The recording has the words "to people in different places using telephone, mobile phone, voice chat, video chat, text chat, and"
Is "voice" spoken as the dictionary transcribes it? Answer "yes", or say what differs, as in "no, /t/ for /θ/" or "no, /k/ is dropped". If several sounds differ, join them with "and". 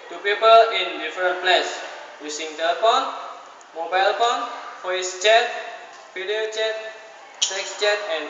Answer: no, /f/ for /v/